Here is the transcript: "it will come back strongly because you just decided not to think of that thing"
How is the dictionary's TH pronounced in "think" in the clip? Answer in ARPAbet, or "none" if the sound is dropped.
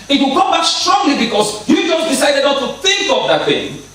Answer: TH